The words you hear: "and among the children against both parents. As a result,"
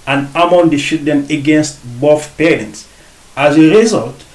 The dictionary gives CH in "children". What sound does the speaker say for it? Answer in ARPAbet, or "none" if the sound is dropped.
SH